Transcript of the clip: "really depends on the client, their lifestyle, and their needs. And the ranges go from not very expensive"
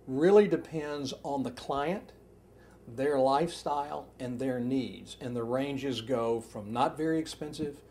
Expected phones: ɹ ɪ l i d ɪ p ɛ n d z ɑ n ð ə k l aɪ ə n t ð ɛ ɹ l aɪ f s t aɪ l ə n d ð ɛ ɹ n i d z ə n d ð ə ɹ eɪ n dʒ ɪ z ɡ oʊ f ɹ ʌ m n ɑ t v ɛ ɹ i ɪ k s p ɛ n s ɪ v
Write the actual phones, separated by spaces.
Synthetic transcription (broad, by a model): ɹ ɪ l i d ɪ p ɛ n d z n ð ə k l aɪ ə n t ð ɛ ɹ l aɪ f s t aɪ l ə n ð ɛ ɹ n i d z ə n ð ə ɹ eɪ n dʒ ɪ z ɡ oʊ f ɹ ʌ m n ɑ t v ɛ ɹ i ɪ k s p ɛ n s ɪ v